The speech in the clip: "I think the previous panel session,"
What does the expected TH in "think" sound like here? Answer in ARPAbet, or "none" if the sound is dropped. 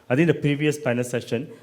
T